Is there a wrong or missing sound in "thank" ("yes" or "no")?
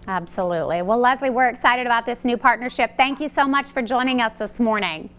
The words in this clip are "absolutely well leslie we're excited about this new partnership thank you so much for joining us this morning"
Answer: no